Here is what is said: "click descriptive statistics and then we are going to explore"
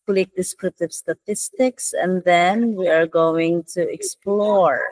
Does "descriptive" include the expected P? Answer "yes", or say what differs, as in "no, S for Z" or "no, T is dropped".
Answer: no, P is dropped